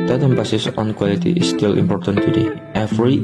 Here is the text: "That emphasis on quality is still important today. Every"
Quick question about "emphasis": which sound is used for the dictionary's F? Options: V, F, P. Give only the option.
P